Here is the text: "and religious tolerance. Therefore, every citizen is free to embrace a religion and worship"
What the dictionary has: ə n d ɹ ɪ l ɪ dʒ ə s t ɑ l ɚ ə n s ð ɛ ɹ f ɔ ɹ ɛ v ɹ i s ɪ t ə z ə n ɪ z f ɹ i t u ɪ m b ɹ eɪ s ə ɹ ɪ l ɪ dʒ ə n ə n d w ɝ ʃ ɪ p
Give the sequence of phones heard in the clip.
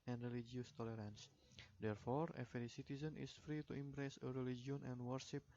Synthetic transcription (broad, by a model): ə n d ɹ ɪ l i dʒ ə s t ɑ l ɚ ə n s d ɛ ɹ f ɔ ɹ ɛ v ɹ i s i t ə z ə n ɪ s f ɹ i t u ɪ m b ɹ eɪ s ə ɹ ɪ l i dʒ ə n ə n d w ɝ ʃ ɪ p